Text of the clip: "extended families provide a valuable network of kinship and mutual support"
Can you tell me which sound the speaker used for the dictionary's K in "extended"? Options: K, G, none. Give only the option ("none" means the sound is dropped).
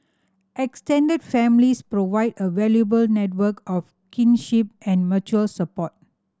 K